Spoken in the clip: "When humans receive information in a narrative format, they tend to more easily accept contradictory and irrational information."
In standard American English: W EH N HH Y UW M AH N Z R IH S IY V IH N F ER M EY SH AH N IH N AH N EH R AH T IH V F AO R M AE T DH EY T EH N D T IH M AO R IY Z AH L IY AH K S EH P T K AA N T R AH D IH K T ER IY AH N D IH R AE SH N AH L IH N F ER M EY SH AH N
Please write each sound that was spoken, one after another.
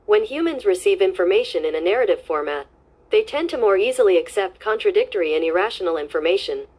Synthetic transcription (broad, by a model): W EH N HH Y UW M AH N Z R IH S IY V IH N F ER M EY SH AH N IH N AH N EH R AH T IH V F AO R M AE T DH EY T EH N T IH M AO R IY Z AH L IY AH K S EH P T K AA N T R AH D IH K T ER IY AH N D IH R AE SH N L IH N F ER M EY SH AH N